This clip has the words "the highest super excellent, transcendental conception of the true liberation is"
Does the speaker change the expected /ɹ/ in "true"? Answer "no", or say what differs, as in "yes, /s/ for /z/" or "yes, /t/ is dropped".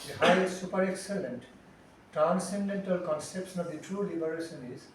no